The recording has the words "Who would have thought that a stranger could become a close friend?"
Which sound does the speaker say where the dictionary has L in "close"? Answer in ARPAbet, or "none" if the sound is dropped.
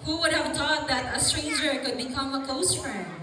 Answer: none